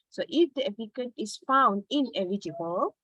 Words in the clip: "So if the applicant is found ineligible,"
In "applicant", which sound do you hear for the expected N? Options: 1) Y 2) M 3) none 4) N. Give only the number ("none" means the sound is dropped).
3